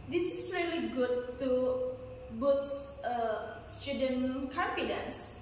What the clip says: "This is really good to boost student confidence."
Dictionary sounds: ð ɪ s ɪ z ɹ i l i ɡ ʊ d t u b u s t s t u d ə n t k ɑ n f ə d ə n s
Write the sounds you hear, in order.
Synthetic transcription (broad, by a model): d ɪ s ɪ s ɹ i l i ɡ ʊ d t u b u t s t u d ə n k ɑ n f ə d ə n s